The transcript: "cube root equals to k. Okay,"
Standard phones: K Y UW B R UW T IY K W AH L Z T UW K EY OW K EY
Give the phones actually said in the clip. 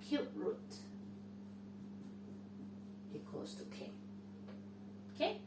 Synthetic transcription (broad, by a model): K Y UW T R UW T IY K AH Z T UW K EY K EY